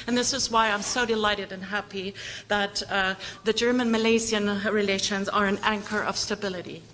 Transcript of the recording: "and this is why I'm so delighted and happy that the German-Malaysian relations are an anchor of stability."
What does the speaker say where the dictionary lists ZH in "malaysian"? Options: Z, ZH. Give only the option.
Z